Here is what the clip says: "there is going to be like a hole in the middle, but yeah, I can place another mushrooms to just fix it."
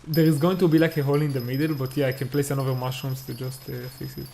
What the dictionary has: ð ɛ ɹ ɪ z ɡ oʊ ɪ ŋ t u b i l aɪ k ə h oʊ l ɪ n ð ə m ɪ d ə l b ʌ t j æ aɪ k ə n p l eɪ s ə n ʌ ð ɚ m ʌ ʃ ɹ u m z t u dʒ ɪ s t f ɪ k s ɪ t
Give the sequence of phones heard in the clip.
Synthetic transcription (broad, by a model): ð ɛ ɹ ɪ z ɡ oʊ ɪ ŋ t u b i l aɪ k ə h oʊ l ɪ n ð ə m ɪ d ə l b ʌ t j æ aɪ k ə n p l eɪ s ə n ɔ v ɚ m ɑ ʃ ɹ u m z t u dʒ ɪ s t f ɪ s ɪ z